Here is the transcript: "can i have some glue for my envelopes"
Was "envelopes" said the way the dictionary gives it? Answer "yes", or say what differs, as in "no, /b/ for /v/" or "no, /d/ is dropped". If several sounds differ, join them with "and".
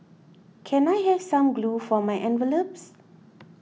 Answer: yes